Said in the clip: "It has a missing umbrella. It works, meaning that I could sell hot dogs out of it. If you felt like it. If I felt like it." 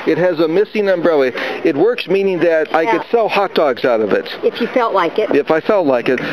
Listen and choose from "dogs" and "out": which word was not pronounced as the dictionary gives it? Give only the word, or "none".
none